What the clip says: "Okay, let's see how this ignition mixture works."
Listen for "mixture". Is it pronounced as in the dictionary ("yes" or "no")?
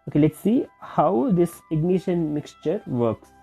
yes